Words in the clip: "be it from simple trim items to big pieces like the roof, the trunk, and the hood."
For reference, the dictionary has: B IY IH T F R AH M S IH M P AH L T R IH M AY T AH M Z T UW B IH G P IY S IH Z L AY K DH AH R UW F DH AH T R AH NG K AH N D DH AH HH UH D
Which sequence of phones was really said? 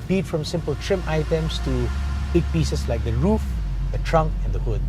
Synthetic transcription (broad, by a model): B IY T F R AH M S IH M P AH L T R IH M AY T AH M S T UW B IH G P IY S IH S L AY K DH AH R UW F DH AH T R AH NG K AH N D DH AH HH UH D